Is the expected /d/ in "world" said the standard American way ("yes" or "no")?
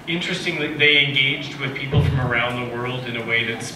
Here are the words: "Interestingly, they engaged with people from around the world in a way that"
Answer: yes